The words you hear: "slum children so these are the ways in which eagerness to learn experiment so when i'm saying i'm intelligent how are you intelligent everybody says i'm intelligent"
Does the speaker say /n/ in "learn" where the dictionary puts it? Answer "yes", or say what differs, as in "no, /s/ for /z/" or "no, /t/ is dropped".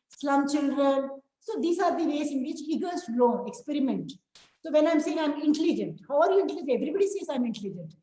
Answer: no, /n/ is dropped